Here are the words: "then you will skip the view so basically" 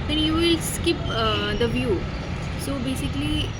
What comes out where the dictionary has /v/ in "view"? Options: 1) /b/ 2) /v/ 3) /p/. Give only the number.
2